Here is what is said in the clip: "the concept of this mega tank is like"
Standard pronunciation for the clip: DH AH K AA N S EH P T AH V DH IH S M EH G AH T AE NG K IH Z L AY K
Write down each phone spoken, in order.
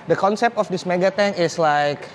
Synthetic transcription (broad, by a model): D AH K AA N S EH P T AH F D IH S M EH G AH T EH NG IH S L AY K